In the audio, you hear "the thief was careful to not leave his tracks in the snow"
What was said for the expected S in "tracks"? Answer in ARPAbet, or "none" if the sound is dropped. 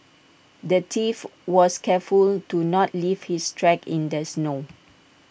none